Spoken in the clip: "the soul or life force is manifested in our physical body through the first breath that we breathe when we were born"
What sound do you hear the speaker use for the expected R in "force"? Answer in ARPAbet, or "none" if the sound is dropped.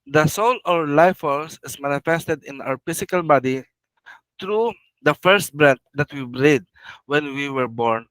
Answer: L